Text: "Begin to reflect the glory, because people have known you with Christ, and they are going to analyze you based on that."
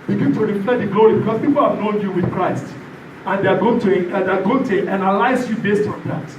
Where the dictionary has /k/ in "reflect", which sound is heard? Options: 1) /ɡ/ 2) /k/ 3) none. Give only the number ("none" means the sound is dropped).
3